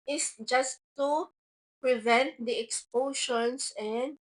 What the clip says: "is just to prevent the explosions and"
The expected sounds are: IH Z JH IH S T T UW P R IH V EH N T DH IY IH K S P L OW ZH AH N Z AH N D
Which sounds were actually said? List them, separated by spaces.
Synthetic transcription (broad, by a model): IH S JH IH S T T UW P R IH V EH N T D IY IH K S P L OW SH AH N S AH N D